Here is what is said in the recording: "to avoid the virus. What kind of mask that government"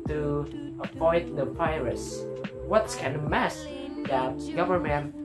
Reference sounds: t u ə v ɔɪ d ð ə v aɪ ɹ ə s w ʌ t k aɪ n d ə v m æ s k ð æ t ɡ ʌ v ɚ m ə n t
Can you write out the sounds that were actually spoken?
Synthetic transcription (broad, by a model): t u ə p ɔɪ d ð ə p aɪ ɹ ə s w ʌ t k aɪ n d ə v m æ s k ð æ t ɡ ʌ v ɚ m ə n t